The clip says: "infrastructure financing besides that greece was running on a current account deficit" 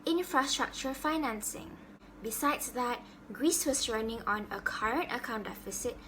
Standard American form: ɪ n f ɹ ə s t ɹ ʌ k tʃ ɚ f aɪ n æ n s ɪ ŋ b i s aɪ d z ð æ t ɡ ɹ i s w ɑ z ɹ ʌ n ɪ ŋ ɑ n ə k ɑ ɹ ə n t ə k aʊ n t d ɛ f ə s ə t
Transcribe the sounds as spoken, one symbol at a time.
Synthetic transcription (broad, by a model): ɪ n f ɹ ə s t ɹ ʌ k tʃ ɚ f aɪ n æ n s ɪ ŋ b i s aɪ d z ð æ t ɡ ɹ i s w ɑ s ɹ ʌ n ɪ ŋ ɑ n ə k ɑ ɹ ə n t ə k aʊ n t d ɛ f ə s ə t